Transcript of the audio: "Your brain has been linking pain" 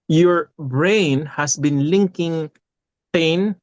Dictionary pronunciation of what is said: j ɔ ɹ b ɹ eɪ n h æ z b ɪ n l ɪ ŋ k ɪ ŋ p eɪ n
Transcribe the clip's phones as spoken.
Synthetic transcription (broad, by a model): j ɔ ɹ b ɹ eɪ n h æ s b ɪ n l ɪ ŋ k ɪ ŋ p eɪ n